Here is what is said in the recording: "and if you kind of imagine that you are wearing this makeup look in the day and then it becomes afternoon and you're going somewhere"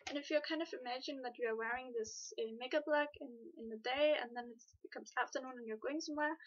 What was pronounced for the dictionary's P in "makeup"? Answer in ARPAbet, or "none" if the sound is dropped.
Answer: B